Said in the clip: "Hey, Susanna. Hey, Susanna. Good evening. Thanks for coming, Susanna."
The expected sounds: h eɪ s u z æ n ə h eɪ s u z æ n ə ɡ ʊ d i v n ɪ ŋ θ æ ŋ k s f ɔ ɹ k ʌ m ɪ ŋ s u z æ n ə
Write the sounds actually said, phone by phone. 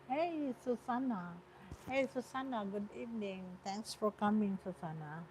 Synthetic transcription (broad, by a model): h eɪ s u s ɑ n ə h eɪ s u s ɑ n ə ɡ ʊ d i v n ɪ ŋ t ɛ ŋ k s f ɔ ɹ k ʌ m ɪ ŋ s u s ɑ n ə